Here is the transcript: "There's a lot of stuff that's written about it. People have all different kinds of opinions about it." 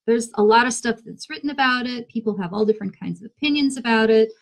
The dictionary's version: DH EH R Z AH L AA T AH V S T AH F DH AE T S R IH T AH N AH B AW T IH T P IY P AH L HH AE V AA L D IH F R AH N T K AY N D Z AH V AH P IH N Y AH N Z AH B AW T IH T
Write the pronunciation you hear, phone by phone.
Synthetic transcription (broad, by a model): DH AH R Z AH L AA T AH V S T AH F DH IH T S R IH T N AH B AW T IH T P IY P L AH V AA L D IH F R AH N K AY N D Z AH V AH P IH N Y AH N Z AH B AW T IH T